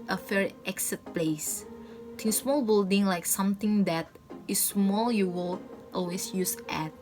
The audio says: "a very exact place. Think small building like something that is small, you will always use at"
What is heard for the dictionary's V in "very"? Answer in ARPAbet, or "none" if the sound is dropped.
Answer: F